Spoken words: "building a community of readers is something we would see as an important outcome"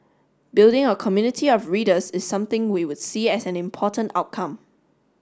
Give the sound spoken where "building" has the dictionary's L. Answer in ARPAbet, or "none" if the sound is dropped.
L